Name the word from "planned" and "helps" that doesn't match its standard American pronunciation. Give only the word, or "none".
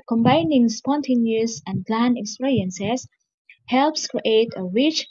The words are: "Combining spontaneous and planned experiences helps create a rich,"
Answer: planned